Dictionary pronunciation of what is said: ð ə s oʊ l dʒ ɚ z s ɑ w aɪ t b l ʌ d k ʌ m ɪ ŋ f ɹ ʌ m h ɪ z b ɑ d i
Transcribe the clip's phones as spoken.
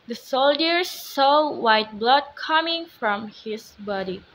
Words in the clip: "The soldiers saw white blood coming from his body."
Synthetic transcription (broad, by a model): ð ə s oʊ l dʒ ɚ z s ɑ w aɪ t b l ʌ d k ʌ m ɪ ŋ f ɹ ʌ m h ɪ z b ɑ d i